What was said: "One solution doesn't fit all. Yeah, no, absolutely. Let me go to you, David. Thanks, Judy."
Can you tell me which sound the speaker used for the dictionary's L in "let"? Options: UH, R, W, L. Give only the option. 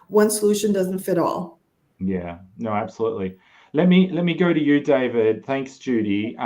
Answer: L